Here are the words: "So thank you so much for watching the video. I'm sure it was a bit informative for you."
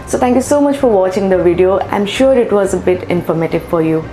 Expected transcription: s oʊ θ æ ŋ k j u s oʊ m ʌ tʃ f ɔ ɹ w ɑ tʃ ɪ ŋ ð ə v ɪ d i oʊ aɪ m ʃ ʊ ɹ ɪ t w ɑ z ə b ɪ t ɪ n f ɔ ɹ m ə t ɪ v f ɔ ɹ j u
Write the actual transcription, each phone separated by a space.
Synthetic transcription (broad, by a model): s oʊ t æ ŋ k j u s oʊ m ʌ tʃ f ɔ ɹ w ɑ tʃ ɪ ŋ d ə v ɪ d i oʊ aɪ m ʃ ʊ ɹ ɪ t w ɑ z ə b ɪ t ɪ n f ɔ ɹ m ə t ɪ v f ɔ ɹ j u